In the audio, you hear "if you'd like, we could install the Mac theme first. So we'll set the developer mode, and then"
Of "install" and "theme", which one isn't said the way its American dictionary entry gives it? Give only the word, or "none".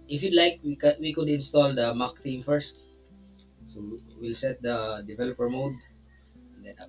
theme